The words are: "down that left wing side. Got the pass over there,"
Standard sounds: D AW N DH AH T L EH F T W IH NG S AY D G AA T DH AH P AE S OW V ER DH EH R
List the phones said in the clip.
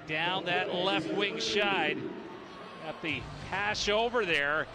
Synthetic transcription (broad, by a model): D AW N DH AH T L EH F T W IH NG SH AY D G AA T DH AH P AE SH OW V ER DH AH R